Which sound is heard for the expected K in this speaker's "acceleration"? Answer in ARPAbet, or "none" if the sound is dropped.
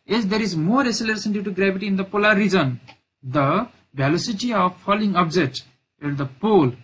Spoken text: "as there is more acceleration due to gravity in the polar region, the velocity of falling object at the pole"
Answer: none